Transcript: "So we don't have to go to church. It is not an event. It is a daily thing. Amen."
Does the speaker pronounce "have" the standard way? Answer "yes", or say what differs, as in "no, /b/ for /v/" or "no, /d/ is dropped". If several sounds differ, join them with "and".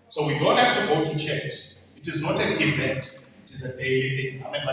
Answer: no, /f/ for /v/